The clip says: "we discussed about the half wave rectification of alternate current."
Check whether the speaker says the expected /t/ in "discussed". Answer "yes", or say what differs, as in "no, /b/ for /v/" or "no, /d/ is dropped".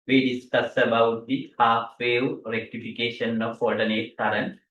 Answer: no, /t/ is dropped